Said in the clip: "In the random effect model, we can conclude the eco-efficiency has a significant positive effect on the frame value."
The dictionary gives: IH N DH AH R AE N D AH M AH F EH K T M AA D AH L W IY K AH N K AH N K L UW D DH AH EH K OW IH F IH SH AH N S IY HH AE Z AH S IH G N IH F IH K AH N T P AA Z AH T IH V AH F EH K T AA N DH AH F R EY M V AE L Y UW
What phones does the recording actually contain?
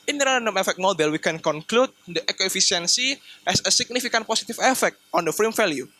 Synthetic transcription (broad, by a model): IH N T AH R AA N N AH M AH F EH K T M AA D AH L W IY K AH N K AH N K L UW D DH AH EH K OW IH F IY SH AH N S IY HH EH S AH S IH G N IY F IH K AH N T P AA S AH T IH F AH F EH K T AA N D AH F R EY M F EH L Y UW